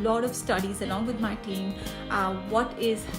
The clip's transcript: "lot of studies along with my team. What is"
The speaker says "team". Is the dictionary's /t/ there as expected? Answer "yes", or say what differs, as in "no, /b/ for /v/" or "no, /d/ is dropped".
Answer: yes